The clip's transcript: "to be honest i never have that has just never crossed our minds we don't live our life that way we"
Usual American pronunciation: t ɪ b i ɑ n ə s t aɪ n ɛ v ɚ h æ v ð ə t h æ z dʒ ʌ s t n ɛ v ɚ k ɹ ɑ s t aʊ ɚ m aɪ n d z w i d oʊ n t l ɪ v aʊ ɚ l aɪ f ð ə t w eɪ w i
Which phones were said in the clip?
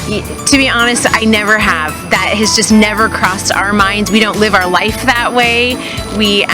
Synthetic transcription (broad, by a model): t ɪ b i ɑ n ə s t aɪ n ɛ v ɚ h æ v ð ə t h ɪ z dʒ ʌ s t n ɛ v ɚ k ɹ ɑ s t aʊ ɚ m aɪ n d z w i d oʊ n t l ɪ v aʊ ɚ l aɪ f ð ə t w eɪ w i